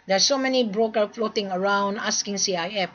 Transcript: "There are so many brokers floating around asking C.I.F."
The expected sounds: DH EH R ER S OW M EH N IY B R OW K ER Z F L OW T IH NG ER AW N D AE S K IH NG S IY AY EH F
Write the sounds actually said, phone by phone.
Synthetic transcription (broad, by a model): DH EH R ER S OW M EH N IY B R OW K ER F L OW T IH NG ER AW N D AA S K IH NG S IY AY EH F